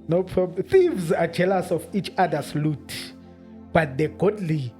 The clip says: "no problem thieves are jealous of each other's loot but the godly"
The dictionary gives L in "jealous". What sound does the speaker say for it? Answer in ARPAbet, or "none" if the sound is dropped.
L